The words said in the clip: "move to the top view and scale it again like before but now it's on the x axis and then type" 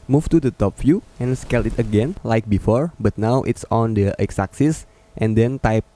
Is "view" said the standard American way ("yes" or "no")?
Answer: no